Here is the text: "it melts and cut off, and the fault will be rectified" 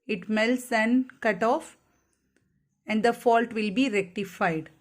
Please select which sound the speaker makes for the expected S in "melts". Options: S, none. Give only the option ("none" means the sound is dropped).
S